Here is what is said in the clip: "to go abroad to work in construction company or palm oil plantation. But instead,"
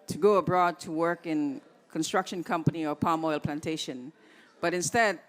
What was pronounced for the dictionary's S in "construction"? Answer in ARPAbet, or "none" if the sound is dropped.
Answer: S